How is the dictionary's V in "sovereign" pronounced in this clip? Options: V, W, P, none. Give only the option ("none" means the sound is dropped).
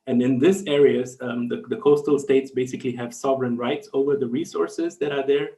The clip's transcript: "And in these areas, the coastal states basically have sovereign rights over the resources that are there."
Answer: V